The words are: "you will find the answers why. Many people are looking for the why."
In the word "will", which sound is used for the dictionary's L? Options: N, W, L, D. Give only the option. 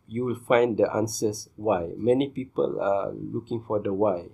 L